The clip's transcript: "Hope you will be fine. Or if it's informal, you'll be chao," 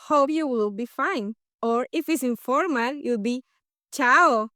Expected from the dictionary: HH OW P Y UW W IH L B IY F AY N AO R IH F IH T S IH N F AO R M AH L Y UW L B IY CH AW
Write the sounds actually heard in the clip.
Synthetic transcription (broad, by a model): HH OW P Y UW W IH L B IY F AY N AO R IH F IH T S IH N F AO R M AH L Y UW L B IY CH AW